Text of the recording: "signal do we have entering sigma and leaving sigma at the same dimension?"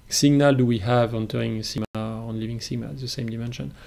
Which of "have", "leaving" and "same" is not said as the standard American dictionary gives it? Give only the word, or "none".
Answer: none